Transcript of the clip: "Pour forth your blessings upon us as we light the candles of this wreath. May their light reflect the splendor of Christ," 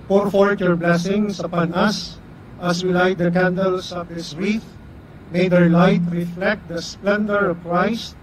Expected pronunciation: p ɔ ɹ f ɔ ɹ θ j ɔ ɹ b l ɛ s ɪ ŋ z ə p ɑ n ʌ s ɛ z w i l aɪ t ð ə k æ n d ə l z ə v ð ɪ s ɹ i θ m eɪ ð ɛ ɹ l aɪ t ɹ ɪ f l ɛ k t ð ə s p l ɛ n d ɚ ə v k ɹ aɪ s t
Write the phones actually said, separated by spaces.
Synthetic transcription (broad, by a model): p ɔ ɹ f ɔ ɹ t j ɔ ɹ b l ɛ s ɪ ŋ s ə p ɑ n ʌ s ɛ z w i l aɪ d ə k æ n d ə l s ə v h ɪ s ɹ i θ m eɪ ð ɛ ɹ l aɪ t ɹ ɪ f l ɛ k t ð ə s p l ɛ n d ɚ ə v k ɹ aɪ s t